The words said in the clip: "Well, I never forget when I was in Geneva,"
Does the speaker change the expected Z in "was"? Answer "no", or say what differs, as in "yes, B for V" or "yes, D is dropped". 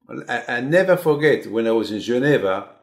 no